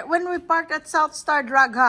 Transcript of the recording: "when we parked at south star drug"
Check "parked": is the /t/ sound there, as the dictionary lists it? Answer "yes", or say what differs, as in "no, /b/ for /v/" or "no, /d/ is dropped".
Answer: yes